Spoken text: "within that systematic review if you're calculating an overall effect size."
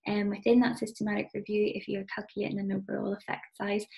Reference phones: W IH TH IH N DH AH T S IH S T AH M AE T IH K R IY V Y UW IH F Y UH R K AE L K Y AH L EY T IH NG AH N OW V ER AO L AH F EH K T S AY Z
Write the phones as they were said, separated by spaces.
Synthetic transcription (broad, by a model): W IH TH IH N DH AH T S IH S T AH M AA T IH K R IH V Y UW IH F Y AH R K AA L K Y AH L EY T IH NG AH N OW B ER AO L AH F EH K T S AY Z